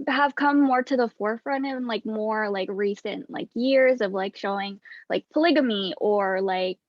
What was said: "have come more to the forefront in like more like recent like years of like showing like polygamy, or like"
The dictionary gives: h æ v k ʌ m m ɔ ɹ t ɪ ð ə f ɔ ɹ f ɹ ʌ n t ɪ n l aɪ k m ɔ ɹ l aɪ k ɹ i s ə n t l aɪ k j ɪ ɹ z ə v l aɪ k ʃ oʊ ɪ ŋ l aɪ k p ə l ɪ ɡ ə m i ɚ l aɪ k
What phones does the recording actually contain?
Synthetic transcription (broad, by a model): h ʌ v k ʌ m m ɔ ɹ t ɪ ð ə f ɔ ɹ f ɹ ʌ n t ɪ n l aɪ k m ɔ ɹ l aɪ k ɹ i s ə n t l aɪ k j ɪ ɹ z ə v l aɪ k ʃ oʊ ɪ ŋ l aɪ k p ə l ɪ ɡ ə m i ɚ l aɪ k